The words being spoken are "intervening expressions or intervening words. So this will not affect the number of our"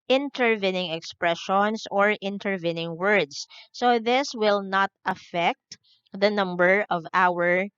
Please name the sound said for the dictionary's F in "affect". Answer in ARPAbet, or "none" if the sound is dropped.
F